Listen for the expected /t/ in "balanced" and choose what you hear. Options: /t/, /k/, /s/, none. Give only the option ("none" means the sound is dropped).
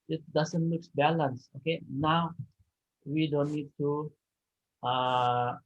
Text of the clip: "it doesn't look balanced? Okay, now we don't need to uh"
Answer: none